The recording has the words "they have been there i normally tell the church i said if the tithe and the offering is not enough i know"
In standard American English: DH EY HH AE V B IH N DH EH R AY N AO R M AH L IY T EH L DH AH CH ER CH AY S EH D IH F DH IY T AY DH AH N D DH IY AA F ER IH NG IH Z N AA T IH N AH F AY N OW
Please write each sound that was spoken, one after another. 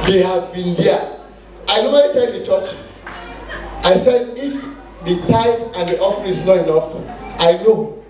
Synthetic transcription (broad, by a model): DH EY HH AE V B IH N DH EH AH AY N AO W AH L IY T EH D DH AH CH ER CH AY S EH D IH F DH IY T AY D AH N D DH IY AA F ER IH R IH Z N AA T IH N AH F AY N OW